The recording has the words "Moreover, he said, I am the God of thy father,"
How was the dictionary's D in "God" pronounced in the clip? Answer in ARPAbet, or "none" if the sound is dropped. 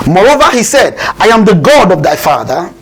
D